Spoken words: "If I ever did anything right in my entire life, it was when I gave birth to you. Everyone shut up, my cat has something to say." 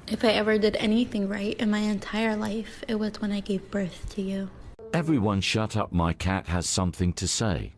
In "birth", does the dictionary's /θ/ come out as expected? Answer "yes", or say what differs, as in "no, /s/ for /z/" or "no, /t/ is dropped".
yes